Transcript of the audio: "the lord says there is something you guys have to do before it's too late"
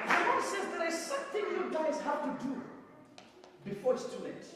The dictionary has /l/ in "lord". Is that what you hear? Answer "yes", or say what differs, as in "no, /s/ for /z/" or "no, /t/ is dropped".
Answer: no, /w/ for /l/